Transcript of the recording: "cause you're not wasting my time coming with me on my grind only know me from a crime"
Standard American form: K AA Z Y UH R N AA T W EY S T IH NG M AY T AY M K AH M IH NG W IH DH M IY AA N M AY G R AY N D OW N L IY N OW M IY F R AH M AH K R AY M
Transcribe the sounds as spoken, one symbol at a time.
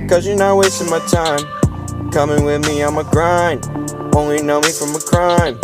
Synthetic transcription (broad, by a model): K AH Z Y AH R N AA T W EY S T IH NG M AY T AY M K AH M IH NG W IH DH M IY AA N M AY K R AY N OW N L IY N OW M IY F R AH M AH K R AY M